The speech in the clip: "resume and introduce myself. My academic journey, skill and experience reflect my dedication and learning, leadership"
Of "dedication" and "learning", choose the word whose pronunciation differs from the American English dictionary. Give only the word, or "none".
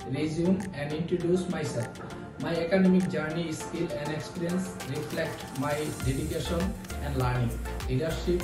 learning